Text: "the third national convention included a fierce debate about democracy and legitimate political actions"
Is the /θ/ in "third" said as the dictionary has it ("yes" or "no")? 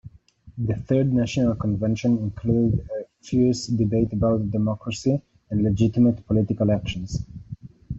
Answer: yes